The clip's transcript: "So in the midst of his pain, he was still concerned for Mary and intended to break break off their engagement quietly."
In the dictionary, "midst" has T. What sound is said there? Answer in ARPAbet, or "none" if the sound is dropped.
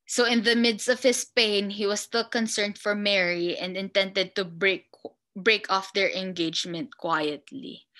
T